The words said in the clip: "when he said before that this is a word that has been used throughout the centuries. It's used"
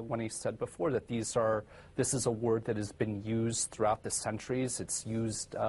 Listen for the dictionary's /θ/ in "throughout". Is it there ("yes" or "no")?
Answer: yes